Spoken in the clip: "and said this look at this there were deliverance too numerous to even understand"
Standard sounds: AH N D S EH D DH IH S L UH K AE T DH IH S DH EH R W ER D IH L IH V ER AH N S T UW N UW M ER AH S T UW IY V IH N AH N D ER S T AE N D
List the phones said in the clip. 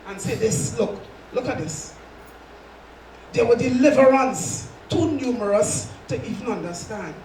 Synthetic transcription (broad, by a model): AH N S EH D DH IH S L UH K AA T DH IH S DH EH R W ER D IH L IH V ER AH N S T UW N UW M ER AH S T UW IY V N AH N D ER S T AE N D